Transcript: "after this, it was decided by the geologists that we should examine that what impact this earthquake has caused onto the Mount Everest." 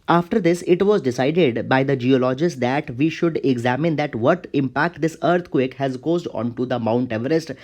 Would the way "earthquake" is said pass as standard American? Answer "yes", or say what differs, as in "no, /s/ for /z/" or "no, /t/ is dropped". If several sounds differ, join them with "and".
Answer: no, /t/ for /θ/